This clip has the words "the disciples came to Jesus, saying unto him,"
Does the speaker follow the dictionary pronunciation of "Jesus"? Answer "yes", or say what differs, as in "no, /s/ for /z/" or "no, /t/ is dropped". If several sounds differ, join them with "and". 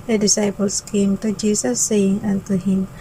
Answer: no, /s/ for /z/